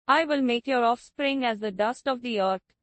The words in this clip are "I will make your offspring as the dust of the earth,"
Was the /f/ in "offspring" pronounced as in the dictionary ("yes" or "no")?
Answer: yes